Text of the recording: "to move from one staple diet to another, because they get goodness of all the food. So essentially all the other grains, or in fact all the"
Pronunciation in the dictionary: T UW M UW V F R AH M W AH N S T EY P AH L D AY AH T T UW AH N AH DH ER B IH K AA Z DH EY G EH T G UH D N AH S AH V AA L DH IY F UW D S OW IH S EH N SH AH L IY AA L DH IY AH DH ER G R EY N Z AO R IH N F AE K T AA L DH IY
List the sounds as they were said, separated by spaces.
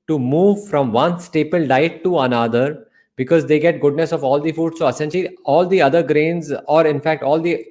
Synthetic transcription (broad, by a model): T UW M UW V F R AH M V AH N S T EY P AH L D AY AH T T UW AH N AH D ER B IH K AA Z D EY G EH T G UH D N AH S AH V AA L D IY F UW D S OW IH S EH N SH AH L IY AA L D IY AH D ER G R EY N Z AO R IH N F AE K T AA L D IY